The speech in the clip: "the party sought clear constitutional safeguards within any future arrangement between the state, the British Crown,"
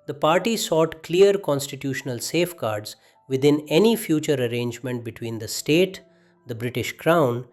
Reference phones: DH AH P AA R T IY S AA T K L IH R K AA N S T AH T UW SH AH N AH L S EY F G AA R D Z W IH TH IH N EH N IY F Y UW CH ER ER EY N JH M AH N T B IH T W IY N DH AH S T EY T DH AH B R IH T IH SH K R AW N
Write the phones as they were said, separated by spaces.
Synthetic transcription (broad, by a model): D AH P AA R T IY S AA T K L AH R K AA N S T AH T UW SH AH N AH L S EY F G AA R D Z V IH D IH N EH N IY F Y UW CH ER ER EY N JH M AH N T B IH T W IY N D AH S T EY T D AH B R IH T IH SH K R AW N